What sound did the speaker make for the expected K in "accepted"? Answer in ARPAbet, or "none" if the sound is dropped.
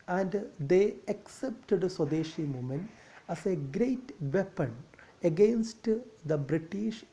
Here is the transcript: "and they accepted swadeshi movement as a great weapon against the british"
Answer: K